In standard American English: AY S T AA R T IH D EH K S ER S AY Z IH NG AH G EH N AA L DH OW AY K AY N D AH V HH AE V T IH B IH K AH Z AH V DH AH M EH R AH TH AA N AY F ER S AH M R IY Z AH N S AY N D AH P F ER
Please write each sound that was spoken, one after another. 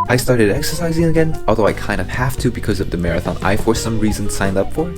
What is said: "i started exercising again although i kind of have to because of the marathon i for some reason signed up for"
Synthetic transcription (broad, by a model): AY S T AA R T IH D EH K S ER S AY Z IH NG AH G EH N AA L DH OW AY K AY N D AH V HH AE F T IH B IH K AH Z AH V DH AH M EH R AH TH AA N AY F ER S AH M R IY Z AH N S AY N D AH P F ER